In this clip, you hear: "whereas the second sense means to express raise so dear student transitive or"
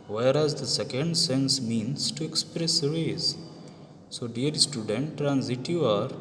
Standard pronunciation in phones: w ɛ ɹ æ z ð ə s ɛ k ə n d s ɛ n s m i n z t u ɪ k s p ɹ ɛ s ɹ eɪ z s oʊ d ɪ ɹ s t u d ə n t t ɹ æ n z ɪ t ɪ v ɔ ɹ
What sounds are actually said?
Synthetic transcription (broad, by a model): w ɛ ɹ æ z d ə s ɛ k ə n d s ɛ n s m i n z t u ɪ k s p ɹ ɛ s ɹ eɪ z s oʊ d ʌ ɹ s t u d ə n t t ɹ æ n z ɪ t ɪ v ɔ ɹ